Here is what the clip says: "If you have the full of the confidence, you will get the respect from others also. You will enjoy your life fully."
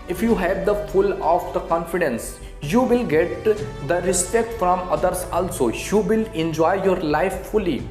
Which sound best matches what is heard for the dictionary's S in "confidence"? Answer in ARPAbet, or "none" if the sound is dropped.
S